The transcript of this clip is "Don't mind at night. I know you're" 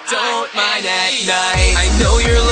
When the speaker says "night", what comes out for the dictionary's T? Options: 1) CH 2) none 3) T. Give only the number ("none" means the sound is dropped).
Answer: 2